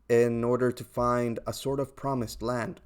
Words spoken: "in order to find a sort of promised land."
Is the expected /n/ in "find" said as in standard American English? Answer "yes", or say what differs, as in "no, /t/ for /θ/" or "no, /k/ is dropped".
yes